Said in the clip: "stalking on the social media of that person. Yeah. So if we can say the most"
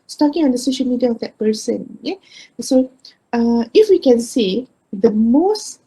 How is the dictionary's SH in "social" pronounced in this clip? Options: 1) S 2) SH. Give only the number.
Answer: 2